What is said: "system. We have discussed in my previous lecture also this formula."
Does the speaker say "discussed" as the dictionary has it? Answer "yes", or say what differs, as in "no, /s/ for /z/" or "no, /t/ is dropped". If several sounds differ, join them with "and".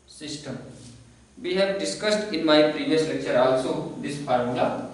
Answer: yes